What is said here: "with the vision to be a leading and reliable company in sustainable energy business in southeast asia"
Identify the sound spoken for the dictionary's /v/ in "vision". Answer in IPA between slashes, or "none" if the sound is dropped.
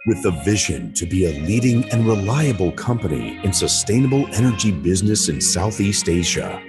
/v/